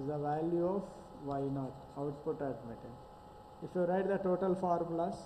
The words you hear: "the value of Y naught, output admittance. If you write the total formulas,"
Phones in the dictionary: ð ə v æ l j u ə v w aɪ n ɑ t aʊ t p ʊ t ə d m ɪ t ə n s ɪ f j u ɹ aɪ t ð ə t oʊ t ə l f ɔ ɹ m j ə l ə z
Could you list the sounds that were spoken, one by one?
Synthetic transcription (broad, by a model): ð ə v æ l j u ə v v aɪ n ɑ t aʊ t p ʊ t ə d m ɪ t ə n ɪ f j u ɹ aɪ t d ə t oʊ t ə l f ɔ ɹ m l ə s